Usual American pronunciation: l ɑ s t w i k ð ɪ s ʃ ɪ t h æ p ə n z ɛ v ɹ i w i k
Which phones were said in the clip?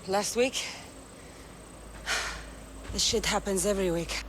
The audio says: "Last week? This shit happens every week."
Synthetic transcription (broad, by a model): l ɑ s t w i k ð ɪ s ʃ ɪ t h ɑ p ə n z ɛ v ɹ i w i k